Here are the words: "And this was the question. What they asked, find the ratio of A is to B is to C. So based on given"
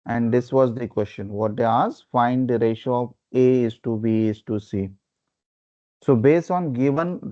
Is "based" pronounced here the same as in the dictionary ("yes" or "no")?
yes